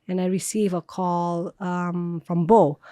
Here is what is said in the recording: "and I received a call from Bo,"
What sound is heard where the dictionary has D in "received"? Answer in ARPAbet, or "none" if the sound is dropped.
none